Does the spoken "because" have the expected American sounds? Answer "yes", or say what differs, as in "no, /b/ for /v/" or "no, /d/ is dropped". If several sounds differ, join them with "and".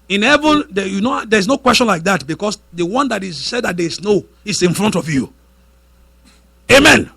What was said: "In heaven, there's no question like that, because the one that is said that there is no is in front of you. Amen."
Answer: no, /s/ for /z/